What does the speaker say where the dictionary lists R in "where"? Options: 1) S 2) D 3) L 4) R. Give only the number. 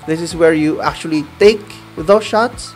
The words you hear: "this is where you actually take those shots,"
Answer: 4